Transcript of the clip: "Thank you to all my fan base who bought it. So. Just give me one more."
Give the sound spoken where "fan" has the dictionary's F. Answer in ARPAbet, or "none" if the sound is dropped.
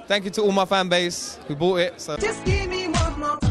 F